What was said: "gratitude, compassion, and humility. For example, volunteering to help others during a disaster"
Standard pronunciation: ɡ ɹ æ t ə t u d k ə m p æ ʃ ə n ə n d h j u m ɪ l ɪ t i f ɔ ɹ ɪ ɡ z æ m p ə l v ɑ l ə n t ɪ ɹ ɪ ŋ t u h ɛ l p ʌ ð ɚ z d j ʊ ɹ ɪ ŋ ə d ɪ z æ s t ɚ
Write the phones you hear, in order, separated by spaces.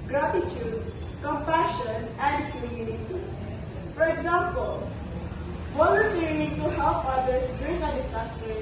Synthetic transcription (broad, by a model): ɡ ɹ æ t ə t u d k ə m p æ ʃ ə n ə n d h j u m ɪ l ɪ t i f ɔ ɹ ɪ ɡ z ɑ m p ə l w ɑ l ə t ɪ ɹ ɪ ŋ t u h ɛ l p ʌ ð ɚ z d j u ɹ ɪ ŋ ə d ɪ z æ s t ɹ